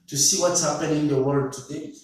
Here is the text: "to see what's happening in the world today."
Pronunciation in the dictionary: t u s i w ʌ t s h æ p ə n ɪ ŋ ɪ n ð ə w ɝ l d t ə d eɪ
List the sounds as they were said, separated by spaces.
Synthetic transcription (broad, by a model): t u s i w ʌ t s h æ p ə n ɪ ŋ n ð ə w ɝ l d t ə d eɪ